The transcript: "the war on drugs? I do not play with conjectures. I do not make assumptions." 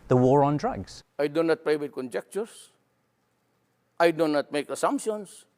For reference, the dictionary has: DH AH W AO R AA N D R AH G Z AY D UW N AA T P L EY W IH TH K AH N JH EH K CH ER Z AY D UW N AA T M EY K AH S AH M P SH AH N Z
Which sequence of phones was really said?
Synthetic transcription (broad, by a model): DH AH W AO R AA N D R AH G Z AY D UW N AA T P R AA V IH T K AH N JH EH K CH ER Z AY D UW N AA T M EY K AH S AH M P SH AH N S